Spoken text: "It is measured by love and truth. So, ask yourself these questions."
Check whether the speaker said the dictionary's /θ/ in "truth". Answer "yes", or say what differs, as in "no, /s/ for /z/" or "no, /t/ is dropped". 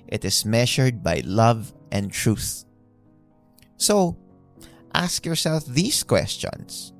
yes